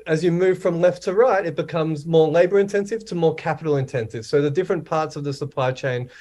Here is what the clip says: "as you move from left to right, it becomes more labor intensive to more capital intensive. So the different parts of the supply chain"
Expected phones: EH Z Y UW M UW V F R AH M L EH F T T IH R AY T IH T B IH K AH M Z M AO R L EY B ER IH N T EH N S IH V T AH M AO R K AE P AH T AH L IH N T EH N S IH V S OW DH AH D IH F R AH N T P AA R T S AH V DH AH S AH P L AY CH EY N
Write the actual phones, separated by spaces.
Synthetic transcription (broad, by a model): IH Z Y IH M UW V F R AH M L EH F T T IH R AY T IH T B IH K AH M Z M AO R L EY B ER IH N T EH N S IH V T AH M AO R K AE P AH T L IH N T EH N S IH V S OW DH AH D IH F R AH N P AA R T S AH V DH AH S AH P L AY CH EY N